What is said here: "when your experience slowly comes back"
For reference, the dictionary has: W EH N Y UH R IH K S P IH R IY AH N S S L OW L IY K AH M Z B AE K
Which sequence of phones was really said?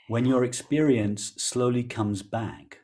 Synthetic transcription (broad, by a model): W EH N Y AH R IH K S P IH R IY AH N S S L OW L IY K AH M Z B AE K